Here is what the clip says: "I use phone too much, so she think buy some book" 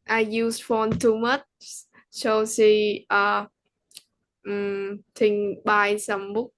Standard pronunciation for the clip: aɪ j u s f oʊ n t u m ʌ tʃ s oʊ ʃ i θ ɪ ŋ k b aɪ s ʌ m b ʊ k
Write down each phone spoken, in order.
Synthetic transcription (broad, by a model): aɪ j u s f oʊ n t u m ʌ tʃ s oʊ s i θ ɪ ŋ b aɪ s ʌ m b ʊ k